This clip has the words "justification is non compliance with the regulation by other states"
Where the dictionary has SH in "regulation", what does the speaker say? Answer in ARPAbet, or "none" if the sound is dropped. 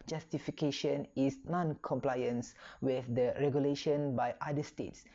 SH